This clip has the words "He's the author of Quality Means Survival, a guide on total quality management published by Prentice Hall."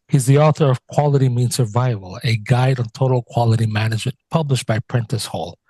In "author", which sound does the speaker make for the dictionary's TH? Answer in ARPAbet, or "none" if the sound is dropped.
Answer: TH